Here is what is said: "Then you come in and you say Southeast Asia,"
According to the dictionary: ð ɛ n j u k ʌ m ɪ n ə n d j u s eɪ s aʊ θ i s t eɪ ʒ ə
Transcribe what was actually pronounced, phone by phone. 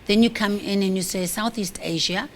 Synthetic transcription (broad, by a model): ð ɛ n j u k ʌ m ɪ n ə n j u s eɪ s aʊ θ i s t eɪ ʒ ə